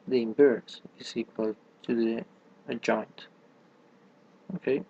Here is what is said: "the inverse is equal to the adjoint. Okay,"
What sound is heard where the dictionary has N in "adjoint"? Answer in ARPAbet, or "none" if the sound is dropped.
N